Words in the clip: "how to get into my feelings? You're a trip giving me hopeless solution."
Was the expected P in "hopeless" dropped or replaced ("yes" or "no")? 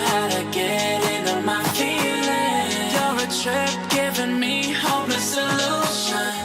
yes